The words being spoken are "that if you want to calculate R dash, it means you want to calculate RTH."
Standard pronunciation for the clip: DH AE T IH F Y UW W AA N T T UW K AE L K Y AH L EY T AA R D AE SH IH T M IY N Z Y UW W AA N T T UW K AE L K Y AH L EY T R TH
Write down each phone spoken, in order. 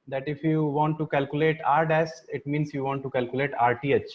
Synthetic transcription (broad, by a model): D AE T IH F Y UW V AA N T T UW K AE L K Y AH L EY T AA R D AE S IH T M IY N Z Y UW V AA N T T UW K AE L K Y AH L EY T R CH